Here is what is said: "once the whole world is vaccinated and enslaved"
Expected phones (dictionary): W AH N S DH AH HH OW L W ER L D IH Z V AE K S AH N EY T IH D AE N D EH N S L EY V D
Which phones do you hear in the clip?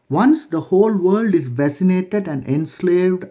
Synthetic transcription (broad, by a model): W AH N S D AH HH OW L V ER L D IH Z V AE S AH N EY T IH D AE N D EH N S L EY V D